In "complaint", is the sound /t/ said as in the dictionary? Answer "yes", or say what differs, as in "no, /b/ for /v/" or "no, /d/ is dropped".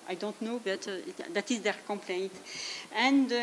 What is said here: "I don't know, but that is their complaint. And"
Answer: yes